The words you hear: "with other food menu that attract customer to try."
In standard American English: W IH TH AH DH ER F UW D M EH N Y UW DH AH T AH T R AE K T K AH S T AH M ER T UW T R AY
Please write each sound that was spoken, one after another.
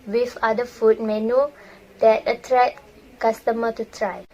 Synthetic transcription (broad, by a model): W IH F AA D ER F UW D M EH N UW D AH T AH T R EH T K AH S T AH M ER T UW T R AY